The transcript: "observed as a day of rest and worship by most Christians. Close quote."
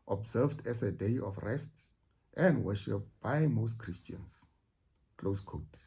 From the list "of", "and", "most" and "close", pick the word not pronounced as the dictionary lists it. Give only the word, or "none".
of